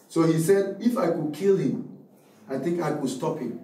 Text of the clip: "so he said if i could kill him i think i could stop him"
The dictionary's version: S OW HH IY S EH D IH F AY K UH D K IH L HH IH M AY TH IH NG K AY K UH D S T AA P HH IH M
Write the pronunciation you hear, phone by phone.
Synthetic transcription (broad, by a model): S OW HH IY S EH D IH F AY K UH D K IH L HH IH M AY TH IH NG K AY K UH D S T AA P HH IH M